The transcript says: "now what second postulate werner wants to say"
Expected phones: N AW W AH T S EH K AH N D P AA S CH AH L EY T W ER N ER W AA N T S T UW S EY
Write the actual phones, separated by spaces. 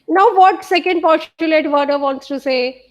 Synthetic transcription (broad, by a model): N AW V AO T S EH K AH N D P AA CH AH L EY T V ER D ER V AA N T S T UW S EY